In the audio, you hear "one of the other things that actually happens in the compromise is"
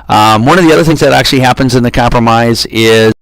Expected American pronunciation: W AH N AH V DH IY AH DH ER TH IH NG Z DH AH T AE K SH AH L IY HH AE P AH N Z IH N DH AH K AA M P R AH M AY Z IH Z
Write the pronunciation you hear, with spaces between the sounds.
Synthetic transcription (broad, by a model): W AH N AH V DH IY AH DH ER TH IH NG Z DH AH T AE K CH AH L IY HH AE P AH N Z IH N DH AH K AA M P R AH M AY Z IH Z